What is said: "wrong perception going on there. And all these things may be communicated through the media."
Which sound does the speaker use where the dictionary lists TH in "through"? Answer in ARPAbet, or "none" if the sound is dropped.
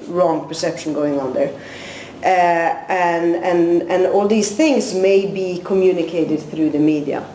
TH